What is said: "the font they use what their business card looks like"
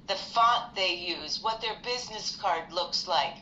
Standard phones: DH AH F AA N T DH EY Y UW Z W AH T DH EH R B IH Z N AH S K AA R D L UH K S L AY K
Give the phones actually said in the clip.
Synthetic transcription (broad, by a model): DH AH F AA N DH EY Y UW Z W AH T DH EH R B IH Z N AH S K AA R D L UH K S L AY K